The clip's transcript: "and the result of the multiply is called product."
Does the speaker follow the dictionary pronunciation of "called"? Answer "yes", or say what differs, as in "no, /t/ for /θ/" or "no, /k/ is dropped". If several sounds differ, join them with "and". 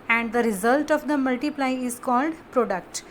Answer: yes